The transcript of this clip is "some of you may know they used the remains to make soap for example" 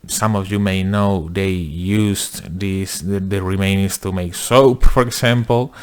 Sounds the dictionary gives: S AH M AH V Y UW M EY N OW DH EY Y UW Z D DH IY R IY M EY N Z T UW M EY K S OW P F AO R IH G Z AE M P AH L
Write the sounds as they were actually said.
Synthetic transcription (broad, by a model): S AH M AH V Y UW M EY N OW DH EY Y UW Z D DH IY R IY M EY N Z T UW M EY K S OW P F AO R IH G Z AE M P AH L